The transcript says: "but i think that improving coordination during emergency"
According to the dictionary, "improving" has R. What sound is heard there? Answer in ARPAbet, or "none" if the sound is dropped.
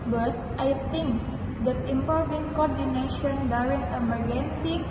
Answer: none